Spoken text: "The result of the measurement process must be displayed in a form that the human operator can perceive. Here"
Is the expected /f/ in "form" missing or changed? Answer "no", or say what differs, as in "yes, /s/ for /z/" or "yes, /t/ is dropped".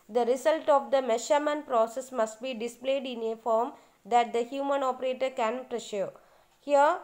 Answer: no